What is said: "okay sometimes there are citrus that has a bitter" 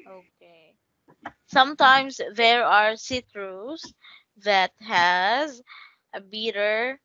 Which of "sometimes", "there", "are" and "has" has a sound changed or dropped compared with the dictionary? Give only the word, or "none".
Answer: sometimes